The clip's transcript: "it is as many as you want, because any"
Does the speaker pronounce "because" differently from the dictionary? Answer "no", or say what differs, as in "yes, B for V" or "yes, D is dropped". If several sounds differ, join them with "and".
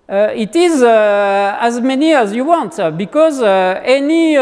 no